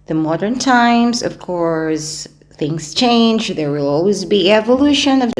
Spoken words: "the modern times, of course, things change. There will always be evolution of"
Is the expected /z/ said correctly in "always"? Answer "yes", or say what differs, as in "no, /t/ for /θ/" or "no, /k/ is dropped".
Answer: yes